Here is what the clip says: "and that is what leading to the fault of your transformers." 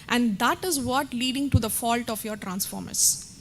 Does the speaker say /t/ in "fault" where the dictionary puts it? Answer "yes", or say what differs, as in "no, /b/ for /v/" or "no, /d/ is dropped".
yes